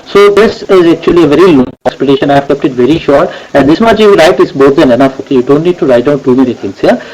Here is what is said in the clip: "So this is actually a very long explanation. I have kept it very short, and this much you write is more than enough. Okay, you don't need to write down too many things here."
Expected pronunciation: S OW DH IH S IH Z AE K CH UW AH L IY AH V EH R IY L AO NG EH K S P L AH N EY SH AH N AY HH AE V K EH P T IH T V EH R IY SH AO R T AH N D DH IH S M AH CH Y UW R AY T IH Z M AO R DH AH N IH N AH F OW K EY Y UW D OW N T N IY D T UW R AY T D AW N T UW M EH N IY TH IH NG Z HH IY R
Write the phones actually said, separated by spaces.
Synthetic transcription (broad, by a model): S OW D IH S IH Z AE K CH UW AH L IY AH V EH R IY L AO NG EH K S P AH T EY SH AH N AY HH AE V K EH P T IH T V EH R IY SH AO R T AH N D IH S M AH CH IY R AY T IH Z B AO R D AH N IH N AH F OW K EY Y UW D OW N T N IY D T UW R AY T D AW N T UW M EH N IY T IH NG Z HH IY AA